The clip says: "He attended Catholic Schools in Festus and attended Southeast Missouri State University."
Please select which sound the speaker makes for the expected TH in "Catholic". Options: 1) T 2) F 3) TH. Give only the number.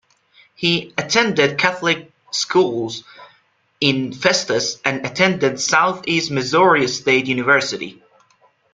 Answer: 3